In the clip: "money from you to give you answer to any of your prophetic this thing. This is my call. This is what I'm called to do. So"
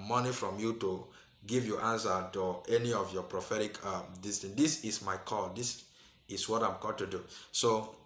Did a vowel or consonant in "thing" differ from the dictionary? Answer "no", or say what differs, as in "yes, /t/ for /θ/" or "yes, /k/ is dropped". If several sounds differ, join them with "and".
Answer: yes, /t/ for /θ/